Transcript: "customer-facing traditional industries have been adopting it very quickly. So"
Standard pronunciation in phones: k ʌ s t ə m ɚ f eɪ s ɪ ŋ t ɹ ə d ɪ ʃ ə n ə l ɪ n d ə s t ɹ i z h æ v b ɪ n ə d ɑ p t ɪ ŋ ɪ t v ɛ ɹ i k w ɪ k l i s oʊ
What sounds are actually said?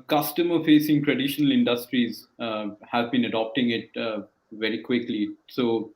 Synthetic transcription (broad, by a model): k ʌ s t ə m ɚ f eɪ s ɪ ŋ t ɹ ə d ɪ ʃ ə n ə l ɪ n d ə s t ɹ i z h æ v b ɪ n ə d ɑ p t ɪ ŋ ɪ t v ɛ ɹ i k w ɪ k l i s oʊ